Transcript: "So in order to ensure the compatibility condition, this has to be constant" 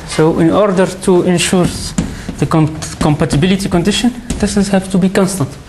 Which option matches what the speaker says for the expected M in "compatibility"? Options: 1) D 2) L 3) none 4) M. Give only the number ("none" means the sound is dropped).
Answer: 4